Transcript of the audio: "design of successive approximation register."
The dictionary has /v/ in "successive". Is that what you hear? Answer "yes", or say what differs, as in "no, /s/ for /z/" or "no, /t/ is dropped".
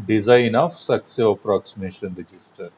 no, /v/ is dropped